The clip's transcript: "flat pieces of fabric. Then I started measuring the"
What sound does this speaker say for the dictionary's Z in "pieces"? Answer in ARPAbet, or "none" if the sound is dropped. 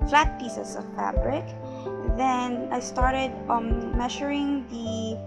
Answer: S